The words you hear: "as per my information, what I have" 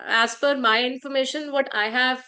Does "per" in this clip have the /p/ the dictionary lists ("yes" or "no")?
no